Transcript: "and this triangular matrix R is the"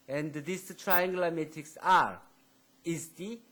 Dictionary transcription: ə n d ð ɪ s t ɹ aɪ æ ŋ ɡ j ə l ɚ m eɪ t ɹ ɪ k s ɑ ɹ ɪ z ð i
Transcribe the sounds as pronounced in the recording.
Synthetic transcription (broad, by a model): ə n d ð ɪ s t ɹ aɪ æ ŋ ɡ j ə l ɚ m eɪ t ɪ k s ɑ ɹ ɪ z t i